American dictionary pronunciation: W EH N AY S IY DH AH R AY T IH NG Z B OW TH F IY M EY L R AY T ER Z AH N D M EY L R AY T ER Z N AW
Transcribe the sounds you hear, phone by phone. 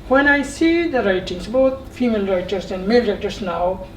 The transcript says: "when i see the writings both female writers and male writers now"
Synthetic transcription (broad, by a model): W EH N AY S IY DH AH R AY T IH NG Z B OW T F IY M EY L R AY T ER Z AH N D M EY L R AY T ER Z N AW